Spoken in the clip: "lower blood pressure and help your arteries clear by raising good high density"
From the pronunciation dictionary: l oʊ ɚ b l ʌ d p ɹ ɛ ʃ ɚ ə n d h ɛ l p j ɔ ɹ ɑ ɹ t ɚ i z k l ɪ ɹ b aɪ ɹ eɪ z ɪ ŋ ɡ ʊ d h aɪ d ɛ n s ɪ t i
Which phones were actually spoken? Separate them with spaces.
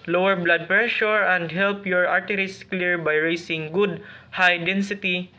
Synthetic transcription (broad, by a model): l oʊ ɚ b l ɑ d p ɹ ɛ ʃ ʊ ə n d h ɛ l p j ɔ ɹ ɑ ɹ t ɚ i s k l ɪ ɹ b aɪ ɹ eɪ s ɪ ŋ ɡ ʊ d h aɪ d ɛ n s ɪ t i